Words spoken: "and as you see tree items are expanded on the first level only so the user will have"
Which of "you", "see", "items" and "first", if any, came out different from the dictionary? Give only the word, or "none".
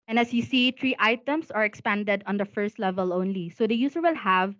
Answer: items